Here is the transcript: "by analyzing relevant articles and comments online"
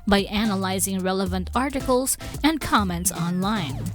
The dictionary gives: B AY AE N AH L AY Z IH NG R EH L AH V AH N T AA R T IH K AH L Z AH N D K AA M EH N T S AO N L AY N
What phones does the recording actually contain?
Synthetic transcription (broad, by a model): B AY AE N AH L AY Z IH NG R EH L AH V AH N T AA R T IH K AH L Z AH N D K AA M EH N T S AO N L AY N